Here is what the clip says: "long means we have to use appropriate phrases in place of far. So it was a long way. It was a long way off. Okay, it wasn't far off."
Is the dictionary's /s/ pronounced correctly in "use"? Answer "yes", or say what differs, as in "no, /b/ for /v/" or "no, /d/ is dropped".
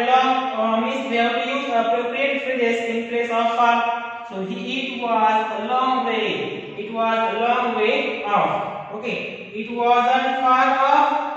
no, /s/ is dropped